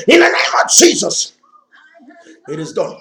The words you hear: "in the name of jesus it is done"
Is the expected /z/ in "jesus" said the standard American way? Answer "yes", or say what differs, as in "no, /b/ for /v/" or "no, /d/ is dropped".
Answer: yes